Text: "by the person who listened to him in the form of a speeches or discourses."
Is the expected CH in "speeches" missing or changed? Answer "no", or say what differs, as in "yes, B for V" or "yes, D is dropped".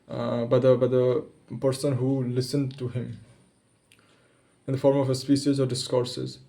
yes, SH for CH